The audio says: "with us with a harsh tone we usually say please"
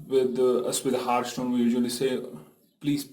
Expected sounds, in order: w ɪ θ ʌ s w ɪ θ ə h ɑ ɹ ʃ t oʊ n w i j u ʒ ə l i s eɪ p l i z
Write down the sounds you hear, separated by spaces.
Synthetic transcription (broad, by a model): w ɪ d ʌ s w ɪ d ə h ɑ ɹ s t oʊ n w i j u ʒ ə l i s eɪ p l i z